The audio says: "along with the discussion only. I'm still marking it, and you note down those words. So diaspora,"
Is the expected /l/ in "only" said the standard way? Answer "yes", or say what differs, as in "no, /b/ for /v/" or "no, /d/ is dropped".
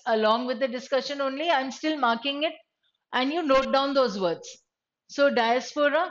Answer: yes